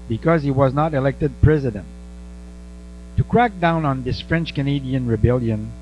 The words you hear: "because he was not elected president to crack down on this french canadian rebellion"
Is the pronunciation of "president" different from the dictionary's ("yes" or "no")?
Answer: no